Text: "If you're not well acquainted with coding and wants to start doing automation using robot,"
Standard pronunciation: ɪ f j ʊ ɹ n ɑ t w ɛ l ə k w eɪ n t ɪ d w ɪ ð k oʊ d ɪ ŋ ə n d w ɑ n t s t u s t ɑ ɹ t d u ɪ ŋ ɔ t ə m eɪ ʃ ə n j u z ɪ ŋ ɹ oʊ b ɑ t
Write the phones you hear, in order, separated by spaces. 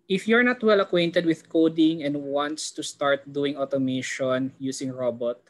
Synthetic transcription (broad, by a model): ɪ f j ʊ ɹ n ɑ t w ɛ l ə k w eɪ n t ɪ d w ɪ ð k oʊ d ɪ ŋ ə n d w ɑ n t s t u s t ɑ ɹ t d u ɪ ŋ ɔ t ə m eɪ ʃ ə n j u s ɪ ŋ ɹ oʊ b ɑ t